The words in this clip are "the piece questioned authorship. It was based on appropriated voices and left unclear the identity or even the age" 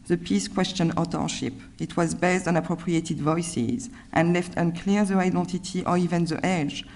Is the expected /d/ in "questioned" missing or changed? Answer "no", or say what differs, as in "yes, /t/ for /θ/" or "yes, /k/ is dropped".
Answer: yes, /d/ is dropped